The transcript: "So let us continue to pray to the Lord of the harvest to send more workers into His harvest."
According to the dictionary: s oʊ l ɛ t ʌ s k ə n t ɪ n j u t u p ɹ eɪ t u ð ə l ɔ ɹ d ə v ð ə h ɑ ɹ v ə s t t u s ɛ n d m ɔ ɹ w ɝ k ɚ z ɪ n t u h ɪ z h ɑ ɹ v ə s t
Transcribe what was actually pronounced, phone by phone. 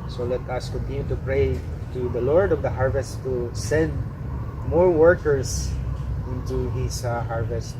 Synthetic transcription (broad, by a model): s oʊ l ɛ t ʌ s k ə n t ɪ n j u t u p ɹ eɪ t u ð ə l ɔ ɹ d ə v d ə h ɑ ɹ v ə s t t u s ɛ n d m ɔ ɹ w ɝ k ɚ s ɪ n t u h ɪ s h ɑ ɹ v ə s t